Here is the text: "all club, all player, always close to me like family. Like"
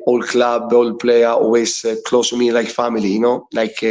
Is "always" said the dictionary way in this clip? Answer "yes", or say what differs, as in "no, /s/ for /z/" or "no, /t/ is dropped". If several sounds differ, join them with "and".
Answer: no, /l/ is dropped and /s/ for /z/